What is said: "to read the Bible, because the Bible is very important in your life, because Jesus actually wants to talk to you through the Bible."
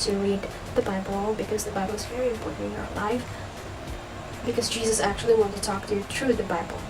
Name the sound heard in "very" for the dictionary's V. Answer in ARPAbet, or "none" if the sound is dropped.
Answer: V